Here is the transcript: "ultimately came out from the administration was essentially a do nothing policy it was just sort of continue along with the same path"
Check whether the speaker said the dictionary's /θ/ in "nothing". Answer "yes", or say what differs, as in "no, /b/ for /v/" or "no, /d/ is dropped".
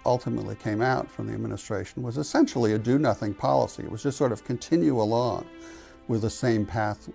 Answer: yes